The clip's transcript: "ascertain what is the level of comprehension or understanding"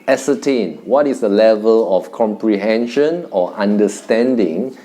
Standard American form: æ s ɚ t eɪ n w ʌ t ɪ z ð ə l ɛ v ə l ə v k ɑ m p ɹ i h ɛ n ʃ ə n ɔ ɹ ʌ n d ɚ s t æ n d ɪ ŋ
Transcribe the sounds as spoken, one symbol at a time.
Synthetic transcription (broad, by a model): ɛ s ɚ t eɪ n w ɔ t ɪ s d ə l ɛ v ə l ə f k ɑ m p ɹ i h ɛ n ʃ ə n ɔ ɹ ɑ n d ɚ s t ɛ n d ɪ ŋ